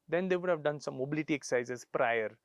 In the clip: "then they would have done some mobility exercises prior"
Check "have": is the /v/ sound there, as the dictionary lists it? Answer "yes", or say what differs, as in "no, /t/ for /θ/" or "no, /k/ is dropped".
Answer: yes